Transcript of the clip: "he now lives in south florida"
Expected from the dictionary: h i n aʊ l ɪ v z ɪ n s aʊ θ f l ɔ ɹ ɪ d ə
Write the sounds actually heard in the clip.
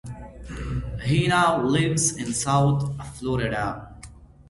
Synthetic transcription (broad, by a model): h i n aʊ l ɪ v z ɪ n s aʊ t f l ɔ ɹ ɪ d ə